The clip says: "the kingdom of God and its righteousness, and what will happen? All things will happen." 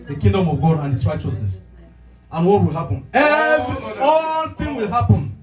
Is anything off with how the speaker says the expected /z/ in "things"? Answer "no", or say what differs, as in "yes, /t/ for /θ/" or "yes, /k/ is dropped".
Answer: yes, /z/ is dropped